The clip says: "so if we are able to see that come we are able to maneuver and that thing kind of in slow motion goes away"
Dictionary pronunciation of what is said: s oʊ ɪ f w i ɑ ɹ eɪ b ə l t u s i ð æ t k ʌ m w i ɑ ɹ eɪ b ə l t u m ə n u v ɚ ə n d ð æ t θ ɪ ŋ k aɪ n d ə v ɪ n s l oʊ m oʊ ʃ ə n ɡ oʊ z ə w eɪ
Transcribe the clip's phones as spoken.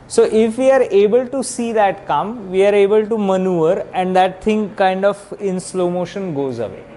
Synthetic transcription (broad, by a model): s oʊ ɪ f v i ɑ ɹ eɪ b ə l t u s i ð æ t k ʌ m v i ɑ ɹ eɪ b ə l t u m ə n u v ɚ ə n d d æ t t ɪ ŋ k aɪ n d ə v ɪ n s l oʊ m oʊ ʃ ə n ɡ oʊ z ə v eɪ